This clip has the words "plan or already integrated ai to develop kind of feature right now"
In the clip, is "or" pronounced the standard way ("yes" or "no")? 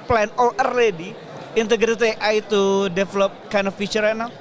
no